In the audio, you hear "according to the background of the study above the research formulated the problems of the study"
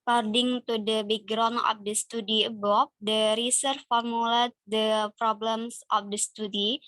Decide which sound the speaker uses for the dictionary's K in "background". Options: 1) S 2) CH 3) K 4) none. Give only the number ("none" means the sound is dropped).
4